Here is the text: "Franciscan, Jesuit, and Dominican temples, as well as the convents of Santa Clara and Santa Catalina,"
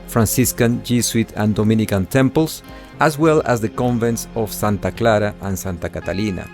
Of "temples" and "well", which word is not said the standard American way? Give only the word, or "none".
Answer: temples